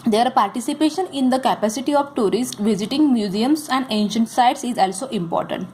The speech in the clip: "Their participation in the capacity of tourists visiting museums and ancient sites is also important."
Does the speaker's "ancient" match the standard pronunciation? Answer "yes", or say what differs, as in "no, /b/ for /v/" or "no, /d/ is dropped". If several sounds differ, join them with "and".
yes